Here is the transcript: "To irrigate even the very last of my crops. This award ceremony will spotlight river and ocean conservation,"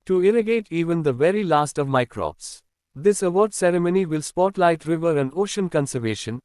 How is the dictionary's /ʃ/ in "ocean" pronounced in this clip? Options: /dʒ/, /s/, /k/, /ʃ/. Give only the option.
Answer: /ʃ/